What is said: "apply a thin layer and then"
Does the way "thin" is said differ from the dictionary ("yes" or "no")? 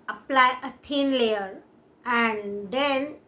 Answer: yes